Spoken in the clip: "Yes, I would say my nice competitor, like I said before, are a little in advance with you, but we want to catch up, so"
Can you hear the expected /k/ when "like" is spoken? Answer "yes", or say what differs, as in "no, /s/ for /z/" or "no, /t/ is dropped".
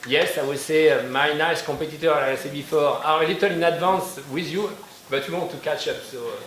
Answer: no, /k/ is dropped